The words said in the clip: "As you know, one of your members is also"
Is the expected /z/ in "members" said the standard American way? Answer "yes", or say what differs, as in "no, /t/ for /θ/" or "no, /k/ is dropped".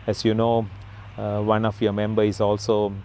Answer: no, /z/ is dropped